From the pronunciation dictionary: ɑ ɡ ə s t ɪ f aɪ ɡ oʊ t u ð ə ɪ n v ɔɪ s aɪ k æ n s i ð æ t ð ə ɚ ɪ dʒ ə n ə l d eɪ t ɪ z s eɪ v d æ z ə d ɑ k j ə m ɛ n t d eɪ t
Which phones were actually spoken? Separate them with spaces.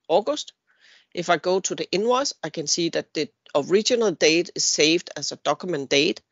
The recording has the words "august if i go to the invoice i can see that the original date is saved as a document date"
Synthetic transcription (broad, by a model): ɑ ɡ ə s t ɪ f aɪ ɡ oʊ s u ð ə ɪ n w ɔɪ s aɪ k æ n s i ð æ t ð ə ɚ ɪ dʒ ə n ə l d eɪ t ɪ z s eɪ v d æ s ə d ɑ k j m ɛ n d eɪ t